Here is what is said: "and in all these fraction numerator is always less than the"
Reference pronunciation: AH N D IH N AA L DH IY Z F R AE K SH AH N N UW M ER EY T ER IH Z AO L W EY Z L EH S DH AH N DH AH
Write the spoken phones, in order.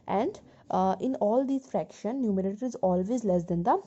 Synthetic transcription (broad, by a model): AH N D IH N AA L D IY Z F R AE K SH AH N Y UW M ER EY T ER IH Z AO L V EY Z L EH S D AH N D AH